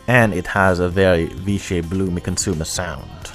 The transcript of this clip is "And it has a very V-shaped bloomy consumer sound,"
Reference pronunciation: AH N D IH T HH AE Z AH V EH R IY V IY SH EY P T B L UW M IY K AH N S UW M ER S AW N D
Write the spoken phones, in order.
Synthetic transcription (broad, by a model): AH N IH T HH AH Z AH V EH R IY V IY SH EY B L UW M IY K AH N S UW M ER S AW N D